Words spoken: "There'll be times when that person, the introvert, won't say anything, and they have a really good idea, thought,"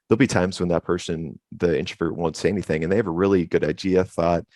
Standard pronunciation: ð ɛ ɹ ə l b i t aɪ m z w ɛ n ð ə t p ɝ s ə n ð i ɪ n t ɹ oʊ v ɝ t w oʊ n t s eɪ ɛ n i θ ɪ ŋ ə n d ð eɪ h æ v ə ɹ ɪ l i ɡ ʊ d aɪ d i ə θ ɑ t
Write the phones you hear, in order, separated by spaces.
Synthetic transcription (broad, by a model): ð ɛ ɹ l b i t aɪ m z w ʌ n ð ə t p ɝ s ə n ð i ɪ n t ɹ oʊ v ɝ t w oʊ n t s eɪ ɛ n i θ ɪ ŋ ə n ð eɪ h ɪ v ə ɹ ɪ l i ɡ ʊ d aɪ d i ə θ ɑ t